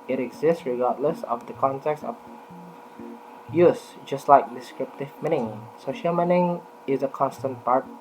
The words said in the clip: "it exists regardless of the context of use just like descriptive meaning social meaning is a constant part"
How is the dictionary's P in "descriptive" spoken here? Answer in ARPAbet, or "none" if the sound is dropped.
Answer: P